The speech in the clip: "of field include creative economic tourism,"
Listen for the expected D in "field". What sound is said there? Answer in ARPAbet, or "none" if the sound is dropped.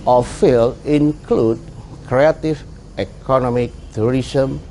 none